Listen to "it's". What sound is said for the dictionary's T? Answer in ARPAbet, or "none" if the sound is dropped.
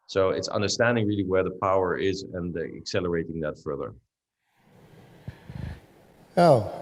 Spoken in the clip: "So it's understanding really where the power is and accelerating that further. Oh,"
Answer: T